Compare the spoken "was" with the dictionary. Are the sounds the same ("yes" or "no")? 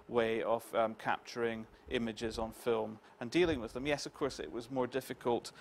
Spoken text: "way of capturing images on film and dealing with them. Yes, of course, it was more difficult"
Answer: yes